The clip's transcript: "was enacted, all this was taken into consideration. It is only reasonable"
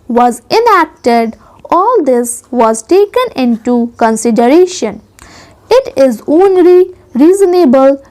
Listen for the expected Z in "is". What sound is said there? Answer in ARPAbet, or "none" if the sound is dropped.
Z